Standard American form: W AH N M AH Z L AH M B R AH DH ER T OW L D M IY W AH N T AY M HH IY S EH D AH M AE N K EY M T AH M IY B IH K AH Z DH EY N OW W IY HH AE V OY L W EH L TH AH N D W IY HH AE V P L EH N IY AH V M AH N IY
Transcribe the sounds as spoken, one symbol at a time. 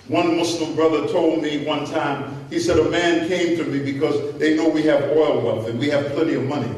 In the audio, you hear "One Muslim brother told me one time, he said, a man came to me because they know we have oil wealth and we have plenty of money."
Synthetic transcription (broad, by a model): W AH N M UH S L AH M B R AH DH ER T OW L D M IY W AH N T AY M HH IY S EH D AH M AE N K EY M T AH M IY B IH K AH Z DH EY N OW W IY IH V OY L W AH N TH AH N W IY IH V P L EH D IY AH V M AH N IY